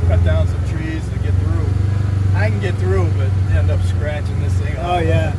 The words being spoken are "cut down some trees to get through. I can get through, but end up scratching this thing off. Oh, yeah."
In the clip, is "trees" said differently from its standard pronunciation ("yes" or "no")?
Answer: no